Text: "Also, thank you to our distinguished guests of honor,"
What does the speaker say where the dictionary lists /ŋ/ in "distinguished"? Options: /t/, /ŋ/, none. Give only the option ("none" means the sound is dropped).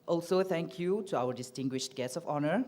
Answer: /ŋ/